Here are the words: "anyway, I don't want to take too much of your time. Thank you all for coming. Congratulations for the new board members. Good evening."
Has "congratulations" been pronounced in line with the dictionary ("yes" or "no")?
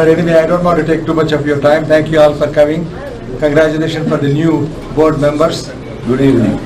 no